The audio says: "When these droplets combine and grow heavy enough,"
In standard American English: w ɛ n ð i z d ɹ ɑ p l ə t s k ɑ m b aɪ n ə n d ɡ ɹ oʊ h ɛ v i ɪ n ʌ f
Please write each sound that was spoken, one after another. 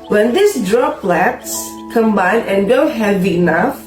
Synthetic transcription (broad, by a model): w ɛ n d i s d ɹ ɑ p l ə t s k ɑ m b aɪ n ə n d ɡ oʊ h ɛ v i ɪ n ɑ f